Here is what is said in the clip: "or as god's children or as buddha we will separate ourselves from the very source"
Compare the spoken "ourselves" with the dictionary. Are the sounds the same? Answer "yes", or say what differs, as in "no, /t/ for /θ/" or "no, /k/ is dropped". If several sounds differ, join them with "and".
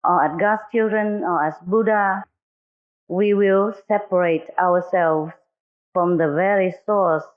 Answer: no, /w/ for /ɹ/